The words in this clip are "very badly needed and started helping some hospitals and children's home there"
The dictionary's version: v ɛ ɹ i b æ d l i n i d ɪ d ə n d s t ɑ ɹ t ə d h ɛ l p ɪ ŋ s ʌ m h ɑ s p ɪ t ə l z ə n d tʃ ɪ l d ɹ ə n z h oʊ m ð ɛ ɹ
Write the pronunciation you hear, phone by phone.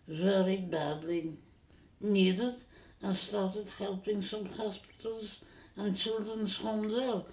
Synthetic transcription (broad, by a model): v ɛ ɹ i b æ d l i n i d ɪ d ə n s t ɑ ɹ t ə d h ɛ l p ɪ ŋ s ʌ m h ɑ s p ɪ t ə l z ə n tʃ ɪ l d ɹ ə n z h oʊ m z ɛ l